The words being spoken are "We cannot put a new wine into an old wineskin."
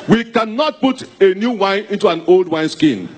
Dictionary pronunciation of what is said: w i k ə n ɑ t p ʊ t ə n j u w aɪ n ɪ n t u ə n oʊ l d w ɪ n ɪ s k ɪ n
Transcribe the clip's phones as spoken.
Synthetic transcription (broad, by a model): w i k ə n ɑ t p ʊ t ə n j u w aɪ n ɪ n t u ə n oʊ l d w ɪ n s k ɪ n